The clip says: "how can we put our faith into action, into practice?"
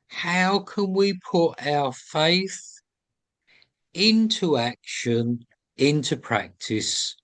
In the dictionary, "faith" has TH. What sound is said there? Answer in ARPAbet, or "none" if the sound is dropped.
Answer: TH